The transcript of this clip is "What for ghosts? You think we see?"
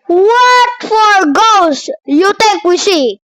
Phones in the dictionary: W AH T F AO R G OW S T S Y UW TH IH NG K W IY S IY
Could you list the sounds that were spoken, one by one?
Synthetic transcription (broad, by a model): W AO T F AO R G OW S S Y UW T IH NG K W IY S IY